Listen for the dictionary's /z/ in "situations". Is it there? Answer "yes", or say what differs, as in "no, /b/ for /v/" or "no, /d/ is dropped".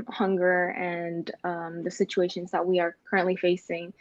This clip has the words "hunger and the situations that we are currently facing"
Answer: yes